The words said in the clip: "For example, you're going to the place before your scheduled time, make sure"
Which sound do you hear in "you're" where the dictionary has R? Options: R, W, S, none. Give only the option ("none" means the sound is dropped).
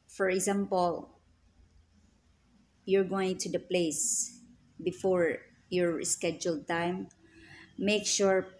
R